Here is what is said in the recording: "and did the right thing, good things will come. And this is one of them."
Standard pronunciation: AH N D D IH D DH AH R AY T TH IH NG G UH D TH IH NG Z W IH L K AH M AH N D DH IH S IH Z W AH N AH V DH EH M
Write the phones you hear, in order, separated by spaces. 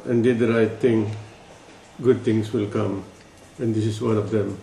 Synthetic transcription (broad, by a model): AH N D D IH D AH R AY T T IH NG G UH D T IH NG S W IH L K AH M AH N D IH S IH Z W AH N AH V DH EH M